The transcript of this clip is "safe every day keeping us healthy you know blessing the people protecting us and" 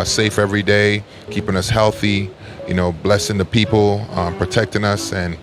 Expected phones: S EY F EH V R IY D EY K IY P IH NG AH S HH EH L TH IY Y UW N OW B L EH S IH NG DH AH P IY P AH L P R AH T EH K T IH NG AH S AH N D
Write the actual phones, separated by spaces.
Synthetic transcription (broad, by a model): S EY F EH V R IY D EY K IY P IH NG AH S HH EH L TH IY Y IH N OW B L EH S IH NG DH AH P IY P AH P R AH T EH K T IH NG AH S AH N